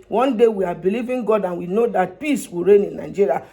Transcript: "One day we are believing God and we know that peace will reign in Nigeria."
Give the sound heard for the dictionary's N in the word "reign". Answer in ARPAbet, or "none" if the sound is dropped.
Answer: N